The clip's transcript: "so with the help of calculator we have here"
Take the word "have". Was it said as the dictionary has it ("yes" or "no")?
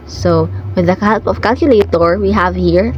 yes